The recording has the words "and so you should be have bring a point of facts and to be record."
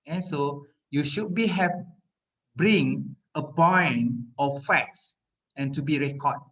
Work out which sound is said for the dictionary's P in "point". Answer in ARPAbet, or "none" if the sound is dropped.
B